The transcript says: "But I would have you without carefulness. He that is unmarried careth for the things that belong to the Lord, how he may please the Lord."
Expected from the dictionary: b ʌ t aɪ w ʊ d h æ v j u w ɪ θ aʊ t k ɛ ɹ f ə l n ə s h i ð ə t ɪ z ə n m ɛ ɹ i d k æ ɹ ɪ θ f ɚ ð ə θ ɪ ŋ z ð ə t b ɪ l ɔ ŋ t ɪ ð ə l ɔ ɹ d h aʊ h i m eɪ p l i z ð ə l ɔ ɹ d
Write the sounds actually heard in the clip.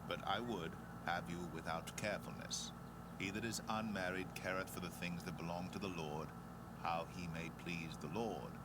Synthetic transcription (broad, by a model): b ʌ t aɪ w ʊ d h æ v j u w ɪ θ aʊ t k ɛ ɹ f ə l n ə s h i ð ə t ɪ z ə n m ɛ ɹ i d k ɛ ɹ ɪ θ f ɚ ð ə θ ɪ ŋ z ð ə t b ɪ l ɔ ŋ t ɪ ð ə l ɔ ɹ d h aʊ i m eɪ p l i z ð ə l ɔ ɹ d